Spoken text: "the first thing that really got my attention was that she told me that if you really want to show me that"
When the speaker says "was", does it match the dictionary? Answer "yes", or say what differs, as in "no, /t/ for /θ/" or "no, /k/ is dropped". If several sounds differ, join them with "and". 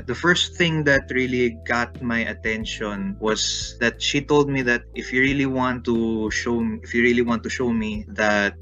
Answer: no, /s/ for /z/